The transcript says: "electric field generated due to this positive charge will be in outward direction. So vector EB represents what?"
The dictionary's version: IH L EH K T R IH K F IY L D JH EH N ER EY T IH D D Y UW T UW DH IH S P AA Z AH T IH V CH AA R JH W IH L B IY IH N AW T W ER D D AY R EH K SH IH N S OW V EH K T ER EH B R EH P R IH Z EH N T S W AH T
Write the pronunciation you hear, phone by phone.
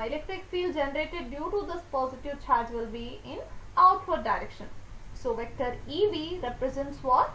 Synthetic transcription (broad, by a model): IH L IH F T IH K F IY L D JH EH N ER EY T IH D D Y UW T UW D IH S P AA Z AH T IH V CH AA R JH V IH L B IY IH N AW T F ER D D AY R EH K SH IH N S OW V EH K T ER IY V R EH P R IH Z EH N T S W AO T